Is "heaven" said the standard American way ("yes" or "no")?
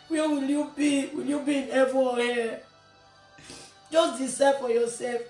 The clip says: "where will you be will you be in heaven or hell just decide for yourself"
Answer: no